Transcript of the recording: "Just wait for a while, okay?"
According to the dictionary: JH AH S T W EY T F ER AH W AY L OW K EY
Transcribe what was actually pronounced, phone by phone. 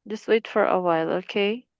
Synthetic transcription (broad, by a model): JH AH S T W EY T F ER AH W AY L OW K EY